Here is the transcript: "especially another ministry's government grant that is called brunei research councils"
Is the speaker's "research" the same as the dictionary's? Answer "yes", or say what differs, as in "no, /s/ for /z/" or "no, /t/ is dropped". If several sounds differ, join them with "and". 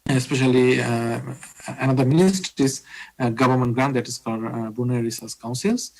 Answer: no, /s/ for /tʃ/